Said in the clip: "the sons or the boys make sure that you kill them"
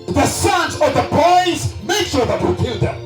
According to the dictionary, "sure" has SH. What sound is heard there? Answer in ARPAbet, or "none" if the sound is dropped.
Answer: SH